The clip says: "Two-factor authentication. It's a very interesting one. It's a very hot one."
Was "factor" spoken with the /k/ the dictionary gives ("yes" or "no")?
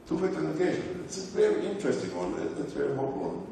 no